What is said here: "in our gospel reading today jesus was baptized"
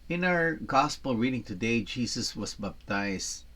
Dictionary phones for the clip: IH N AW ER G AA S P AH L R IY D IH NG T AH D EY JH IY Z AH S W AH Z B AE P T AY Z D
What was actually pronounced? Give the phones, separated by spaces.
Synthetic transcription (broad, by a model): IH N AW ER G AA S P AH L R IY D IH NG T AH D EY JH IY S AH S W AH S B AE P T AY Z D